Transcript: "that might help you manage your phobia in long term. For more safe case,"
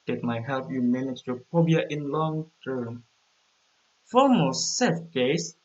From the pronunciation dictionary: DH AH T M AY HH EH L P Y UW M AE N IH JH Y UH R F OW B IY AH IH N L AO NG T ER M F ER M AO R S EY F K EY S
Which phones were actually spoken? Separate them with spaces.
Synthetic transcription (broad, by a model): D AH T M AY HH EH L P Y UW M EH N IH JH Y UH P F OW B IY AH IH N L AO NG T ER M F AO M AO L S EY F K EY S